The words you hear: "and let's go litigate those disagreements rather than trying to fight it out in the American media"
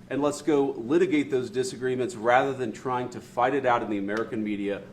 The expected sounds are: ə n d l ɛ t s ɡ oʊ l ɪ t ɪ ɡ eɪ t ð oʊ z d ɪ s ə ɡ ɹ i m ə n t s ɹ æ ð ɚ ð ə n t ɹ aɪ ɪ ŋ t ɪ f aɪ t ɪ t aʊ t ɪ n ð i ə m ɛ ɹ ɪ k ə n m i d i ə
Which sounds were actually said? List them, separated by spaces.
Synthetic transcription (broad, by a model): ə n l ɛ t s ɡ oʊ l ɪ t ɪ ɡ eɪ t ð oʊ z d ɪ s ə ɡ ɹ i m ə n t s ɹ æ ð ɚ ð ə n t ɹ aɪ ɪ ŋ t ɪ f aɪ t ɪ t aʊ t ɪ n ð i ə m ɛ ɹ ɪ k ə n m i d i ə